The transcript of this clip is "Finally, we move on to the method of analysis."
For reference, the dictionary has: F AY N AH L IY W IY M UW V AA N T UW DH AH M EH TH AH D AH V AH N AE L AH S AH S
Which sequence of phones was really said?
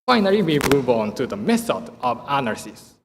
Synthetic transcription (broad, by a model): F AY N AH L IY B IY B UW B AA N T UW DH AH M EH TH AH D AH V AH N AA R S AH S